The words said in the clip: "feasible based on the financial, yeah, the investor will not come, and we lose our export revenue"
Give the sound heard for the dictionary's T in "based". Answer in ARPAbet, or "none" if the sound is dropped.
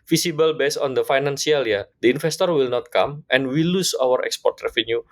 none